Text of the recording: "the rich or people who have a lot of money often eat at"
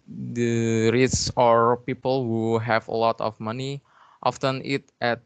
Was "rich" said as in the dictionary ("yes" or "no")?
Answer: no